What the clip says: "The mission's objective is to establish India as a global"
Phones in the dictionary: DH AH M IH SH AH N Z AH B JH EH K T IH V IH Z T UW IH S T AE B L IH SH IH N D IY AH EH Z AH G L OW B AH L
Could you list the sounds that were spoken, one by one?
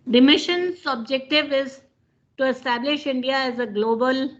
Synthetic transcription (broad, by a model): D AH M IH SH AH N S AH B JH EH K T IH V IH Z T UW IH S T AE B L IH SH IH N D IY AH EH Z AH G L OW B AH L